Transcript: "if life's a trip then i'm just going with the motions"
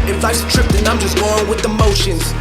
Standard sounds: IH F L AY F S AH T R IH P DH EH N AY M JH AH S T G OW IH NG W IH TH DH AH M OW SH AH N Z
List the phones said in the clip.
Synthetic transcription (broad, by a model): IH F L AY S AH T R IH P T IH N AY M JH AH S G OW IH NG W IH DH AH M OW SH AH N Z